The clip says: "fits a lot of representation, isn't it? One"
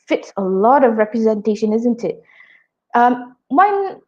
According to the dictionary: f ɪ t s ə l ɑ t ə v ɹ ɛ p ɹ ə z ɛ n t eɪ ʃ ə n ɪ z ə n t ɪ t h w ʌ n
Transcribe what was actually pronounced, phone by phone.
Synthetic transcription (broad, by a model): f ɪ t s ə l ɑ t ə v ɹ ɛ p ɹ ə z ɛ n t eɪ ʃ ə n ɪ z ə n t ɪ t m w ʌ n